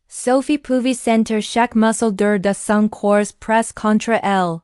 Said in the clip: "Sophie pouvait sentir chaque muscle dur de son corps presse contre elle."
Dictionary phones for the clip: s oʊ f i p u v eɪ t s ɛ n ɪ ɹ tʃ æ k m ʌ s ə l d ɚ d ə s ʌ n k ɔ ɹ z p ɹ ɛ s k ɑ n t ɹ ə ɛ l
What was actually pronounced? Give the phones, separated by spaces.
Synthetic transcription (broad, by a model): s oʊ f i p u v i s ɛ n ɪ ɹ ʃ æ k m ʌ s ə l d ɚ d ə s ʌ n k ɔ ɹ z p ɹ ɛ s k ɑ n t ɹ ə ɛ l